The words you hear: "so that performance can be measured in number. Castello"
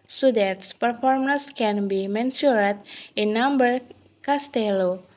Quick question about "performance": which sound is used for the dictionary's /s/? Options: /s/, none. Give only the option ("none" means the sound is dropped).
/s/